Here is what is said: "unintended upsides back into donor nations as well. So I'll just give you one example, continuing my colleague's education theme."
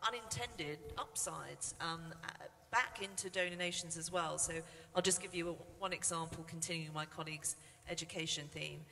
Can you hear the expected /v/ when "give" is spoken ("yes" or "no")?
yes